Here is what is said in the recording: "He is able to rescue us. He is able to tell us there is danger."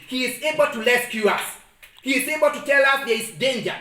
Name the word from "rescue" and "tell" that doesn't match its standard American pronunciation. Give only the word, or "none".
rescue